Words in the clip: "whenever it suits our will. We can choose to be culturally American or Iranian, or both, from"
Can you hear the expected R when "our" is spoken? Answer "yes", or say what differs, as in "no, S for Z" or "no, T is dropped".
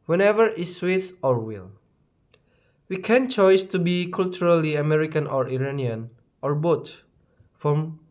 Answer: yes